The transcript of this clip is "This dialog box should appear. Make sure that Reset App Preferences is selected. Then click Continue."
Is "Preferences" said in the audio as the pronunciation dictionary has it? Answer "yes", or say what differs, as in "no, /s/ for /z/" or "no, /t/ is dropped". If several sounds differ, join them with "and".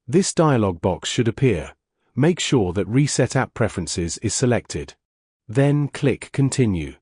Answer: yes